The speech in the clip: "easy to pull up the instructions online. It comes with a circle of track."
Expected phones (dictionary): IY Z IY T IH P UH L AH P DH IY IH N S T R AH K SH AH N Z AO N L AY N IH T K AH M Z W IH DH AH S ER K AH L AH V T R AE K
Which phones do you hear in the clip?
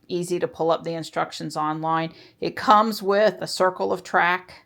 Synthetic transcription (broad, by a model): IY Z IY T IH P UH L AH P DH IY IH N S T R AH K SH AH N Z AO N L AY N IH T K AH M Z W IH DH AH S ER K L AH V T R AE K